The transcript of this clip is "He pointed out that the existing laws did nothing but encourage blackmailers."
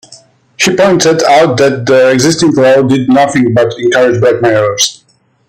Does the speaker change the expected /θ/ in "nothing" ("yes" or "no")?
no